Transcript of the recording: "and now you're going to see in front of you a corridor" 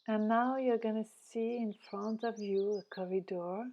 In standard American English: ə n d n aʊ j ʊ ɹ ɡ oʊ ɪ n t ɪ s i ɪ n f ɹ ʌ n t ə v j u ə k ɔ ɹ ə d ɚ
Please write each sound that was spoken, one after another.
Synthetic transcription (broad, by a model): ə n n aʊ j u ɹ ɡ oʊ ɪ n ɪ s i ɪ n f ɹ ʌ n t ə v j u ə k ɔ ɹ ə d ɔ